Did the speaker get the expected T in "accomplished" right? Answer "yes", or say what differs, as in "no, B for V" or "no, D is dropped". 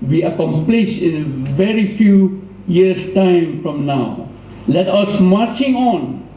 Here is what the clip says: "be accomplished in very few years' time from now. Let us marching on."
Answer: no, T is dropped